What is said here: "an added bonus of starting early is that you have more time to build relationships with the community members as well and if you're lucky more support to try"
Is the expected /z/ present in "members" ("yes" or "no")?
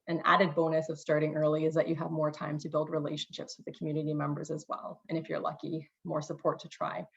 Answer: yes